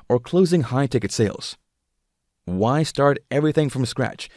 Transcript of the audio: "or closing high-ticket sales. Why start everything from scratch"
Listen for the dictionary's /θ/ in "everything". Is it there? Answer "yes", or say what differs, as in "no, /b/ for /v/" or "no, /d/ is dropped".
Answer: yes